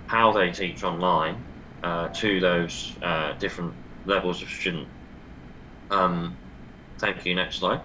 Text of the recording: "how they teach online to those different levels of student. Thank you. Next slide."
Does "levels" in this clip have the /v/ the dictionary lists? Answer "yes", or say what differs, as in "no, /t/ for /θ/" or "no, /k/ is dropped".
yes